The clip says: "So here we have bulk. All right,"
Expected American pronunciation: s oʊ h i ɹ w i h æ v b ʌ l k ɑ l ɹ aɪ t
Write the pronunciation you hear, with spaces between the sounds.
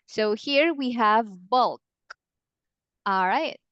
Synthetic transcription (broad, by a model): s oʊ h i ɹ w i h æ v b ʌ l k ɑ l ɹ aɪ t